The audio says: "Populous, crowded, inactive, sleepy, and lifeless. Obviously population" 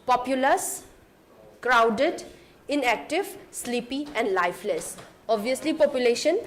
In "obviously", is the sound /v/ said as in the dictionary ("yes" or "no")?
no